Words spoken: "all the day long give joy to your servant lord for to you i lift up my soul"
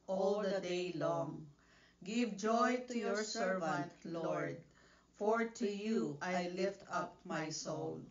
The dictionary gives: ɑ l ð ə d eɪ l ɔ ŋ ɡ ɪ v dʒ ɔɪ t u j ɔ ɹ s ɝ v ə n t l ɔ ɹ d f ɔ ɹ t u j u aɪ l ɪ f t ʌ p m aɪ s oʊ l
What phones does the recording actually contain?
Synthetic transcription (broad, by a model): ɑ l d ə d eɪ l ɔ ŋ ɡ ɪ v dʒ ɔɪ t u j ɔ ɹ s ɝ v ə n t l ɔ ɹ d f ɔ ɹ t u j u aɪ l ɪ f t ʌ p m aɪ s oʊ l